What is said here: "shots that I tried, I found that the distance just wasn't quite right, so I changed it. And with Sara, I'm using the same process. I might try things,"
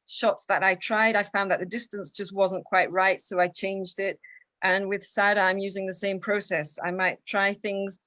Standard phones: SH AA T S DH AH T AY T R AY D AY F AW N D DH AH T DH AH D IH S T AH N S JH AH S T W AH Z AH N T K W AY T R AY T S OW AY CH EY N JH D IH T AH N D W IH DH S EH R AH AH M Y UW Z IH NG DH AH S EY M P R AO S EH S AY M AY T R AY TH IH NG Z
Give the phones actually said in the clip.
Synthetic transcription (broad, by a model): SH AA T S DH AH T AY T R AY D AY F AW N DH AH T DH AH D IH S T AH N S JH AH S T W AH Z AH N K W AY T R AY T S OW AY CH EY N JH D IH T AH N W IH DH S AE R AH AH M Y UW Z IH NG DH AH S EY M P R AO S EH S AY M AY T R AY TH IH NG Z